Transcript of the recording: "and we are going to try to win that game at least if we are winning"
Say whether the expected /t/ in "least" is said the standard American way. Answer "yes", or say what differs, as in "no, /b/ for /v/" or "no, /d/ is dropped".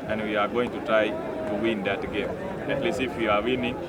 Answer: no, /t/ is dropped